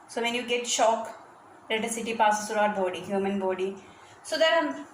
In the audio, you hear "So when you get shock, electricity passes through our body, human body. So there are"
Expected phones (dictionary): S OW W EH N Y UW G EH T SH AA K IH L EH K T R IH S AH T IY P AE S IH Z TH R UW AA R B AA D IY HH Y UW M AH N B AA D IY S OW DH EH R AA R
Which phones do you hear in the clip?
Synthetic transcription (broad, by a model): S OW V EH N Y UW G EH T SH AA K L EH T AH S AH T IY P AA S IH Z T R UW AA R B AA D IY HH Y UW M AH N B AA D IY S OW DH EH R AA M